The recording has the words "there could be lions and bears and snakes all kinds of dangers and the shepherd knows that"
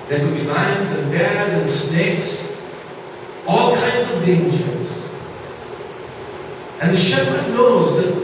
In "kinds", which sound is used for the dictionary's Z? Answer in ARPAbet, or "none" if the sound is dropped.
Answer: Z